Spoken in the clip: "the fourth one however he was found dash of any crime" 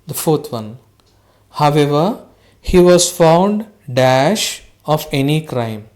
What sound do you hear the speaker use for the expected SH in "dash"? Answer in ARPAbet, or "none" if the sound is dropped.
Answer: SH